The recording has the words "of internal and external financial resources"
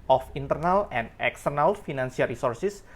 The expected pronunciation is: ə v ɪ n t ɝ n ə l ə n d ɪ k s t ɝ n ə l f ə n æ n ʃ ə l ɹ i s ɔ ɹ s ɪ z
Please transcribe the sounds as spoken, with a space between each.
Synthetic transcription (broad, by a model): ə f ɪ n t ɝ n ə l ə n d ɪ k s t ɝ n ə l f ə n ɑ n s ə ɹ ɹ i s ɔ ɹ s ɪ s